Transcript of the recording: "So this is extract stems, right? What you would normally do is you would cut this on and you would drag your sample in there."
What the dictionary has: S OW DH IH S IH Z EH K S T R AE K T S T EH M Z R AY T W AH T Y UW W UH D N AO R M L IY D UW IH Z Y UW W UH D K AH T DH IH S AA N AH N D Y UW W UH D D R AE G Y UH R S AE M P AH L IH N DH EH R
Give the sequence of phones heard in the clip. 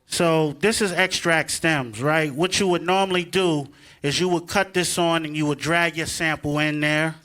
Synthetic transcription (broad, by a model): S OW DH IH S IH Z EH K S T R AE K T S T EH M Z R AY T W AH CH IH W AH D N AO R M L IY D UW IH Z Y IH W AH D K AH T DH IH S N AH N Y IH W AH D D R AE G Y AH R S AE M P L IH N DH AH R